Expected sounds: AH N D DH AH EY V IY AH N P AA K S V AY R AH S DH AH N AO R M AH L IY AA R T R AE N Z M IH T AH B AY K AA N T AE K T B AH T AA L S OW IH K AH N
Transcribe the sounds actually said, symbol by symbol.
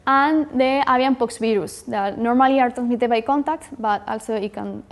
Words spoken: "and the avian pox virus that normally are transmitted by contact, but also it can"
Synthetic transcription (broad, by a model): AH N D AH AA B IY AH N P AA K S B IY R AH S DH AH N AO R M AH L IY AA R T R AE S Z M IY T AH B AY K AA N T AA K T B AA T AA L S OW IH K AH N